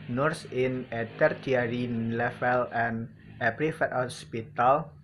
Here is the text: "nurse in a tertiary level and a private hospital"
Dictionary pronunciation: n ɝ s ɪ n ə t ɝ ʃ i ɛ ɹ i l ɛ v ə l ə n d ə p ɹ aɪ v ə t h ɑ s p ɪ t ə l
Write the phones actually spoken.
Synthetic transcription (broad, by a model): n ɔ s ɪ n ə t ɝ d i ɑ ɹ i l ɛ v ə l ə n ə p ɹ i f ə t h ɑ s p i t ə l